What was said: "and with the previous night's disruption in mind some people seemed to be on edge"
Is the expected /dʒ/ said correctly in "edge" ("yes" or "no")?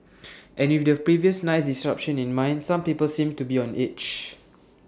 no